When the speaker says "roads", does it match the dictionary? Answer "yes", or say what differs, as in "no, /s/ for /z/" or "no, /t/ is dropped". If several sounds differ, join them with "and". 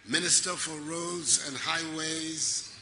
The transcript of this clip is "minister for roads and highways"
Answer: yes